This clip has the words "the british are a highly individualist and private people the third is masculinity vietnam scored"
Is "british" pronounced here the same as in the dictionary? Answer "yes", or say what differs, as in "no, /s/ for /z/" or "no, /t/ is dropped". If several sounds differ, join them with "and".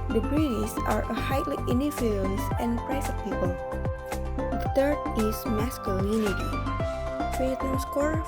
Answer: no, /s/ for /ʃ/